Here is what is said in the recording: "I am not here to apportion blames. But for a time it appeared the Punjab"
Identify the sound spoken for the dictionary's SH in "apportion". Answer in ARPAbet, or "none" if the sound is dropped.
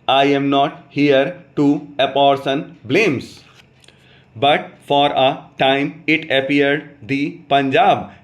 S